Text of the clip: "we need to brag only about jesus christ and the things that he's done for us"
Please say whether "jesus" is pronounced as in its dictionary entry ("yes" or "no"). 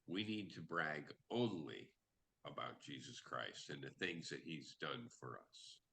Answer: yes